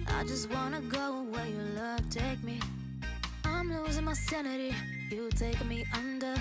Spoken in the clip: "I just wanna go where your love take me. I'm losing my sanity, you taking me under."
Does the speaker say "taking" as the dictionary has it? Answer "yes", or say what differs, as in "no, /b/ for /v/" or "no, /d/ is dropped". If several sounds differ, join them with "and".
no, /k/ is dropped